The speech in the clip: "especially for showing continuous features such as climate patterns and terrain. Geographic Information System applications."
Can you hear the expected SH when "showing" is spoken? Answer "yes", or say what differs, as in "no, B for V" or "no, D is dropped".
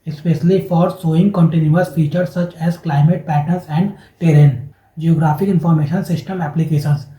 no, S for SH